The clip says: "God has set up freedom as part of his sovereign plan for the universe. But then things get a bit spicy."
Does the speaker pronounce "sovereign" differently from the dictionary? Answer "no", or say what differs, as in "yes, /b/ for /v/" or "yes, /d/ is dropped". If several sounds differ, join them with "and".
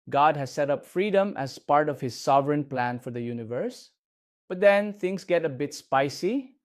no